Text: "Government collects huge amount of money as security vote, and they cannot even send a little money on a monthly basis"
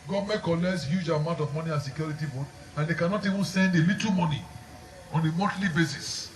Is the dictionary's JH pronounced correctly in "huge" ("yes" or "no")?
yes